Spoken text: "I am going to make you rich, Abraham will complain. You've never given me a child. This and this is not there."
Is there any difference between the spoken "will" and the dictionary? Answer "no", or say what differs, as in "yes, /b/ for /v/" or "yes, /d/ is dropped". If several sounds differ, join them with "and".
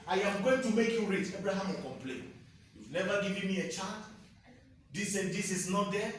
yes, /n/ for /l/